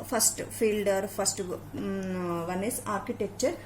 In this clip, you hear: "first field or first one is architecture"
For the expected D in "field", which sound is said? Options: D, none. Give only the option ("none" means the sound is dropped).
D